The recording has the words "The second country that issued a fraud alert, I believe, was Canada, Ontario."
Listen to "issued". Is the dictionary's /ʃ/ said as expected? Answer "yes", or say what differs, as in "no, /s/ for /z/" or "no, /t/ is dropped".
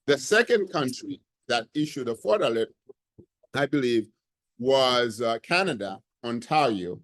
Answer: yes